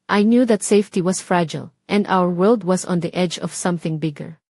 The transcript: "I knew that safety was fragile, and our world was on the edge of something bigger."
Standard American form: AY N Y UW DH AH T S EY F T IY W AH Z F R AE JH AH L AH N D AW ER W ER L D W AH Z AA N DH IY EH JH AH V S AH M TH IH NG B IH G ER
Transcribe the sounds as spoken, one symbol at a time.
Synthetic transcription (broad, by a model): AY N Y UW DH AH T S EY F T IY W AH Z F R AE JH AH L AH N D AW ER W ER L D W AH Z AA N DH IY EH JH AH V S AH M TH IH NG B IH G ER